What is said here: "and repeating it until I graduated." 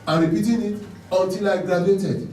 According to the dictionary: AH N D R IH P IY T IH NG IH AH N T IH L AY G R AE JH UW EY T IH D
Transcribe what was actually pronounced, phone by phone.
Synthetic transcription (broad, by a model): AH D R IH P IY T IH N IH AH T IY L AY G R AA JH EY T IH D